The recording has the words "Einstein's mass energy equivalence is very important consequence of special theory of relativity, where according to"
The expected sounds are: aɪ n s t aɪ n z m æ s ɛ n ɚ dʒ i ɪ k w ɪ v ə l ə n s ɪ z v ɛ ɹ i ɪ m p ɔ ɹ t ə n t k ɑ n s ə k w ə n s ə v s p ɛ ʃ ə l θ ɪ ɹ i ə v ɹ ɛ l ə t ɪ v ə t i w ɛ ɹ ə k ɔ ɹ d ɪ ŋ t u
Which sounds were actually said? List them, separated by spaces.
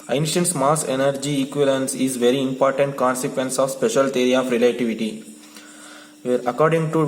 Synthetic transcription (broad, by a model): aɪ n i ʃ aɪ n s m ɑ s ɛ n ɚ dʒ i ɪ k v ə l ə n s ɪ z v ɛ ɹ i ɪ m p ɔ ɹ t ə n t k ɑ n s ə k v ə n s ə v s p ɛ ʃ ə l t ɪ ɹ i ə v ɹ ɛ l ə t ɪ v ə t i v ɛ ɹ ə k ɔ ɹ d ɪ ŋ t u